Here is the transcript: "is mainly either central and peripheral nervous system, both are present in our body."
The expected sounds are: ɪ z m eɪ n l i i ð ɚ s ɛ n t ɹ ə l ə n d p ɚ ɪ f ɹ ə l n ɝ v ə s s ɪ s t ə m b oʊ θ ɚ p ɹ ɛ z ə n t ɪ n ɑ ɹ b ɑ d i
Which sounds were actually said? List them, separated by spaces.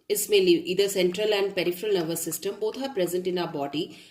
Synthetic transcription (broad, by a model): ɪ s m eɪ l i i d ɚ s ɛ n t ɹ ə l ə n d p ɚ ɪ f ɹ ə l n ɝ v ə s s ɪ s t ə m b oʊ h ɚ p ɹ ɛ z ə n t ɪ n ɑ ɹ b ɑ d i